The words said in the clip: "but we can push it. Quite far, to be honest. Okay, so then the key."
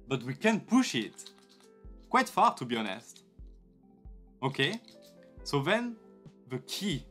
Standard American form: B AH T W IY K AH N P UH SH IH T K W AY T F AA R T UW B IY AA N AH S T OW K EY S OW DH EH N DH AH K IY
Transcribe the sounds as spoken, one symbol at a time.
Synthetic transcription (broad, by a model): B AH T W IY K AH N P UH SH IH T K W AY T F AA R T UW B IY AA N AH S T OW K EY S OW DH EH N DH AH K IY